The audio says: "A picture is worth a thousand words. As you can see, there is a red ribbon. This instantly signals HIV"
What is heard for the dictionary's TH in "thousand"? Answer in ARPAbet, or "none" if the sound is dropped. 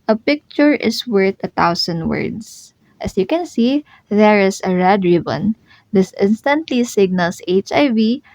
T